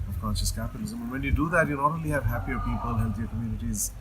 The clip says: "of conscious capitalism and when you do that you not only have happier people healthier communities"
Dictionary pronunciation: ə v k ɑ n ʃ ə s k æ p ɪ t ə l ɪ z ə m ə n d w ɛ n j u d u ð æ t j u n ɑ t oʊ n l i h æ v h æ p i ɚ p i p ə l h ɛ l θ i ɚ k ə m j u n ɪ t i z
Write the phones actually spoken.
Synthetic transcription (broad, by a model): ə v k ɑ n ʃ ə s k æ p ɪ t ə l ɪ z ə m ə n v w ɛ n j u d u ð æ t j u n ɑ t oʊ l i h æ v h æ p i ɚ p i p ə l h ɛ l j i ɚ k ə m j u n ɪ t i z